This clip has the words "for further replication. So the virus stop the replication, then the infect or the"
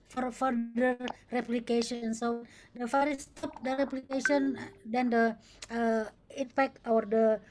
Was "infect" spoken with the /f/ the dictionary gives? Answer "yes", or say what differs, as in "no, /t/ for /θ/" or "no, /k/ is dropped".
no, /p/ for /f/